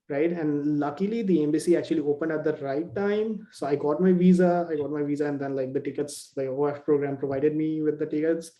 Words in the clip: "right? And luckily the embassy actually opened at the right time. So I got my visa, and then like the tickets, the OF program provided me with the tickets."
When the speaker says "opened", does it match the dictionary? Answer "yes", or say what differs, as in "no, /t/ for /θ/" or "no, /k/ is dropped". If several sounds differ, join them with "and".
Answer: yes